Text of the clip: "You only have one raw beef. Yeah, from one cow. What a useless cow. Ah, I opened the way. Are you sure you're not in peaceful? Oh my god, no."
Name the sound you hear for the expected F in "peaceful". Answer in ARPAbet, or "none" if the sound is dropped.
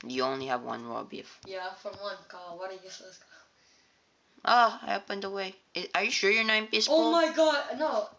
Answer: none